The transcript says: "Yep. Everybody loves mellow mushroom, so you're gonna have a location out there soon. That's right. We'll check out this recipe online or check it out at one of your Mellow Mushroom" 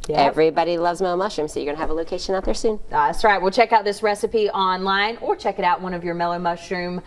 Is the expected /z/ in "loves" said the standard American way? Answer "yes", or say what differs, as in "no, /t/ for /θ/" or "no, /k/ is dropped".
yes